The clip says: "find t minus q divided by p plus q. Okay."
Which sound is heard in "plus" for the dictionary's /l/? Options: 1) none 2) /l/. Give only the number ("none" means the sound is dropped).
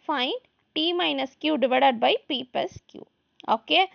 1